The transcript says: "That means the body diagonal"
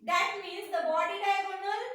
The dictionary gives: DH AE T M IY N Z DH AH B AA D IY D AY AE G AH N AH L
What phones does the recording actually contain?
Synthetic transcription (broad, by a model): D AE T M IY Z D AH B AA D IY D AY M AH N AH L